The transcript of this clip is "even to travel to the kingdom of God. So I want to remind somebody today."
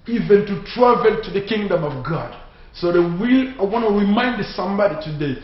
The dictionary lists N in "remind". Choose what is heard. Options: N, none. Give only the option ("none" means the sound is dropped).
N